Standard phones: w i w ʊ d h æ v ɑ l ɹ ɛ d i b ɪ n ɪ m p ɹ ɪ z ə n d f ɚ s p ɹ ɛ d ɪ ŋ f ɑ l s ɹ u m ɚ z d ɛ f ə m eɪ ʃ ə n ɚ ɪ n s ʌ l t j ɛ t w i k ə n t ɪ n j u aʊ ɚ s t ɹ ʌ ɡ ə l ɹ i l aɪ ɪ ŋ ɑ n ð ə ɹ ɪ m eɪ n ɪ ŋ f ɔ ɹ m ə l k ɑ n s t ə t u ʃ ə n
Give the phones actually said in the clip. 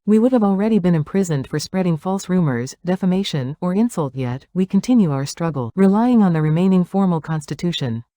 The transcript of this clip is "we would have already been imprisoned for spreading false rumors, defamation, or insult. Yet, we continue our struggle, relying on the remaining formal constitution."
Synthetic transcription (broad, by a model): w i w ʊ d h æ v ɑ l ɹ ɛ d i b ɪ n ɪ m p ɹ ɪ z ə n d f ɚ s p ɹ ɛ d ɪ ŋ f ɑ l s ɹ u m ɚ z d ɛ f ə m eɪ ʃ ə n ɚ ɪ n s ʌ l t j ɛ t w i k ə n t ɪ n j u aʊ ɚ s t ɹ ʌ ɡ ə l ɹ i l aɪ ɪ ŋ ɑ n ð ə ɹ ɪ m eɪ n ɪ ŋ f ɔ ɹ m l k ɑ n s t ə t u ʃ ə n